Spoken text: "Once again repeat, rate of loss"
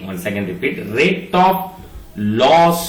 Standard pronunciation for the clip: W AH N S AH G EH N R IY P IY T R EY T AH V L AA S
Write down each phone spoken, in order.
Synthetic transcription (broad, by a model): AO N S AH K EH N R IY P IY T R EY T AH P L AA S